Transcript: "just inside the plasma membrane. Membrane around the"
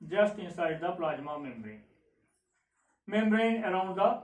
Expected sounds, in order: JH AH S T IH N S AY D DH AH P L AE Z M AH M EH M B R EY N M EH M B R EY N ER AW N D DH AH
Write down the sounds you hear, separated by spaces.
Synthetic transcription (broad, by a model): JH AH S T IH S AY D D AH P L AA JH M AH M EH M B R EY N M EH M B R EY N ER AW N D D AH